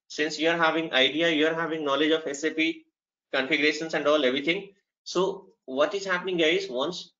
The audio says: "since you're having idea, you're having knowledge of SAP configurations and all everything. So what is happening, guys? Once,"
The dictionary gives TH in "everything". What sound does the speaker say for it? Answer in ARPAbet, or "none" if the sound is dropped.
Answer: T